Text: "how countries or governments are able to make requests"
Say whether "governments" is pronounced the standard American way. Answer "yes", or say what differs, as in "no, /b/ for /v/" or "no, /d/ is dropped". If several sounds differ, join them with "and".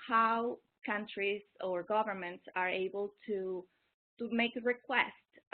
yes